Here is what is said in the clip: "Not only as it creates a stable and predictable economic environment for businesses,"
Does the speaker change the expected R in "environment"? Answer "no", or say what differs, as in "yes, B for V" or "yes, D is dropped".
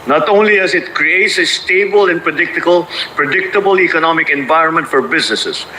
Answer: no